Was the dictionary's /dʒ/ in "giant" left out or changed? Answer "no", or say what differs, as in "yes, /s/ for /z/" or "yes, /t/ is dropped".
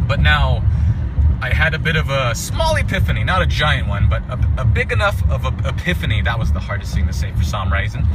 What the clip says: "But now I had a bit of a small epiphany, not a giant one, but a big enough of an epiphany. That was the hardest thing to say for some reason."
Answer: no